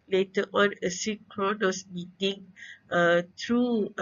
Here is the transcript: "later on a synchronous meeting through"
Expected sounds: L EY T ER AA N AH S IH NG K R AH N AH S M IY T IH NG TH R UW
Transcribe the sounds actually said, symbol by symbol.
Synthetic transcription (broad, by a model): L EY T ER AA N AH S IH K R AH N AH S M IY T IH NG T R UW